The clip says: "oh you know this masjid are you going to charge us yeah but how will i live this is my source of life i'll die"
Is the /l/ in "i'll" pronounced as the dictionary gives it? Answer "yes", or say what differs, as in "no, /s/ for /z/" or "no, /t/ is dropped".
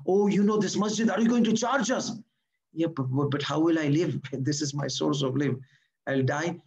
yes